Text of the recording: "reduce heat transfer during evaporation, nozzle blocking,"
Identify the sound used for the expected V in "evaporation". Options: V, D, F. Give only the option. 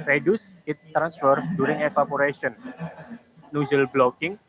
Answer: F